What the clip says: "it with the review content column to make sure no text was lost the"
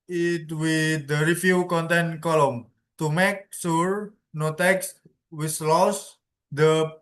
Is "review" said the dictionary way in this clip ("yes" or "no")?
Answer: no